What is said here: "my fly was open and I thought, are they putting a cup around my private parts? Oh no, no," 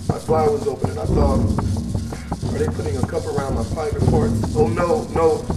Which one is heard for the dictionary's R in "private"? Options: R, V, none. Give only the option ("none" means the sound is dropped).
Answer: none